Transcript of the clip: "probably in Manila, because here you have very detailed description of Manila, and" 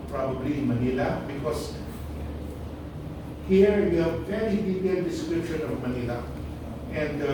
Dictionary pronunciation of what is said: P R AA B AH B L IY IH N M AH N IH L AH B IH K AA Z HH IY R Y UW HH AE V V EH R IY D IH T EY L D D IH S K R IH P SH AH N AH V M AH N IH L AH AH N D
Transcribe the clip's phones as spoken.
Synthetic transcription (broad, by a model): P R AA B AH B L IY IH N M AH N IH L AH B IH K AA S HH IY R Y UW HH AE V F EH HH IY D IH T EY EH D D IH S K R IH P SH AH N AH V M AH N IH L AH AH N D